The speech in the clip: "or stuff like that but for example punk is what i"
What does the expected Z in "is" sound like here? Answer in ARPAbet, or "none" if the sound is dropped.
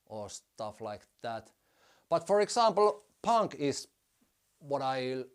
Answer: S